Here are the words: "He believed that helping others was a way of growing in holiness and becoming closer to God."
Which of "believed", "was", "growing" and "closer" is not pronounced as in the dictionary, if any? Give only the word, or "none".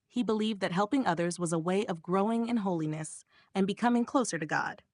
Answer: none